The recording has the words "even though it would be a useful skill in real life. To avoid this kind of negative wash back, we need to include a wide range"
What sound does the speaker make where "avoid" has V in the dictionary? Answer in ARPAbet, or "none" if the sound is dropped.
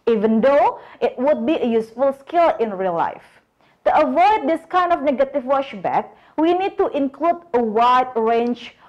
V